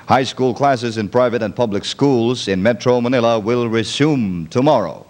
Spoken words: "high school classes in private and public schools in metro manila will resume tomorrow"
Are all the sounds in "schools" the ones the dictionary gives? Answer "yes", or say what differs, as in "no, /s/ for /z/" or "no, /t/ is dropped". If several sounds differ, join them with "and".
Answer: yes